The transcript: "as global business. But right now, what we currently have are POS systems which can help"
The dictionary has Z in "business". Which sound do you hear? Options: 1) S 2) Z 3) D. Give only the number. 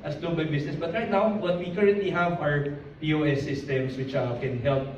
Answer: 1